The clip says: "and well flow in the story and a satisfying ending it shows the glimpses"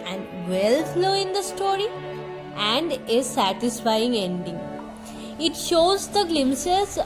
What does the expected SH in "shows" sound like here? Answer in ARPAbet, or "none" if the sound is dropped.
SH